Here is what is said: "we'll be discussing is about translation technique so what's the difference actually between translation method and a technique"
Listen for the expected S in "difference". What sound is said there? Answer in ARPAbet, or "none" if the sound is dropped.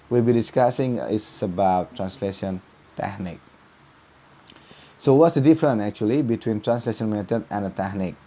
none